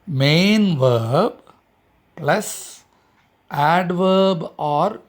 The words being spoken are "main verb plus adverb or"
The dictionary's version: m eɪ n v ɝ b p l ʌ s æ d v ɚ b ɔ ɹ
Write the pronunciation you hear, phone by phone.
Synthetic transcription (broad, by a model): m eɪ n v ɝ b p l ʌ s æ d v ɚ b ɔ ɹ